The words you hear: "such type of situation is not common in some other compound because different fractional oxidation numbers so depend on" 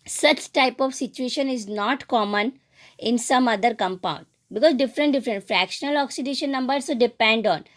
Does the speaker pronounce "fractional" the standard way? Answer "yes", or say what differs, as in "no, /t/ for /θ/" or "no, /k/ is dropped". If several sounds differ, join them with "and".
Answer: yes